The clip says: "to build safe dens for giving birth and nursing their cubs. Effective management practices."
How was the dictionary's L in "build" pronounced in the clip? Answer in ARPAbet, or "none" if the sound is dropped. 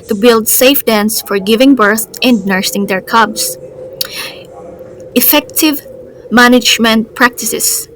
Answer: L